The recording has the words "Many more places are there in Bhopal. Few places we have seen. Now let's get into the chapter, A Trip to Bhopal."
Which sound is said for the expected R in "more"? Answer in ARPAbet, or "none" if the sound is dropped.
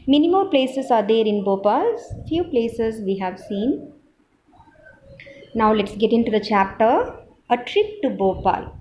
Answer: L